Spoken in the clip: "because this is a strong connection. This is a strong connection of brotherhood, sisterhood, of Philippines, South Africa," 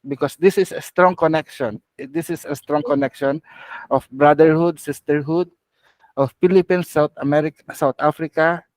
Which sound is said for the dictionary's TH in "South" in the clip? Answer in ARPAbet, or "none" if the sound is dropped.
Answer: T